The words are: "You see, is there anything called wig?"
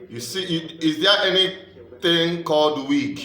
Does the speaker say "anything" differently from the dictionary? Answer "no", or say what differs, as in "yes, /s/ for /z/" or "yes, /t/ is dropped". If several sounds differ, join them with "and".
yes, /t/ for /θ/